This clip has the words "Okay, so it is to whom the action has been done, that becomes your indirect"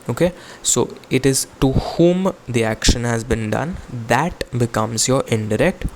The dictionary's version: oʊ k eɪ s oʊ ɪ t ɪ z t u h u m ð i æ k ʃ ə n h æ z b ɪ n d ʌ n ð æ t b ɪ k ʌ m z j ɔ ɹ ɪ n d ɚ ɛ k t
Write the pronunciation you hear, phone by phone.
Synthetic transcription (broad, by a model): oʊ k eɪ s oʊ ɪ t ɪ z t u h u m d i æ k ʃ ə n h æ z b ɪ n d ʌ n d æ t b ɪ k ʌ m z j ɔ ɹ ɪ n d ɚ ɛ k t